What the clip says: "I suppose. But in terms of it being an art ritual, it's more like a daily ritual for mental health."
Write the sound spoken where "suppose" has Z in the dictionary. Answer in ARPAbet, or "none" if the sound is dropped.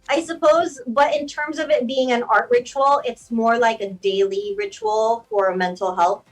Z